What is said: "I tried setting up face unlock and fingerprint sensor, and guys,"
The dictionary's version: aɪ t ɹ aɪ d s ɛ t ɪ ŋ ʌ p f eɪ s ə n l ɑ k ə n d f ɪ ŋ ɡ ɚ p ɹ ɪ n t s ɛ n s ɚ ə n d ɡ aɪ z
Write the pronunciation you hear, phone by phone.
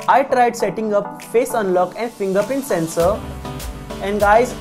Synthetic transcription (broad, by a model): aɪ t ɹ aɪ d s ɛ t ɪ ŋ ʌ p f eɪ s ə n l ɑ k ə n d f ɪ ŋ ɡ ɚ p ɪ n s ɛ n s ɚ ə n d ɡ aɪ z